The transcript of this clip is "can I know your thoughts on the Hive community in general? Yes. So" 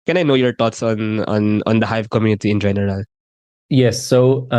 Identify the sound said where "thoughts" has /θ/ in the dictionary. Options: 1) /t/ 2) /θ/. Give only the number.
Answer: 1